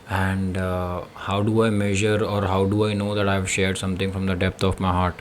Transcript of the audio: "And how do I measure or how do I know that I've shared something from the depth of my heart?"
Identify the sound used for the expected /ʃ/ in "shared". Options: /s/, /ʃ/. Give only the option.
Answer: /ʃ/